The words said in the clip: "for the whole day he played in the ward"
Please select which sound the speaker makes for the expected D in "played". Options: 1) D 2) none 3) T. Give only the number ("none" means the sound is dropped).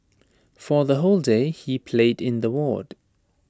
1